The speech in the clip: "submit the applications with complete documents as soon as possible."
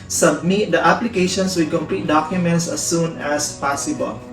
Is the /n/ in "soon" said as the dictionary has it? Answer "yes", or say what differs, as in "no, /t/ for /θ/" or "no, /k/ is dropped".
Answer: yes